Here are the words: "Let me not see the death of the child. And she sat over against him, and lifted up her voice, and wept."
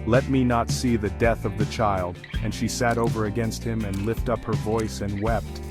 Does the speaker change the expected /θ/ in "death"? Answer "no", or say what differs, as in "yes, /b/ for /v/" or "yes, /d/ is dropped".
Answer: no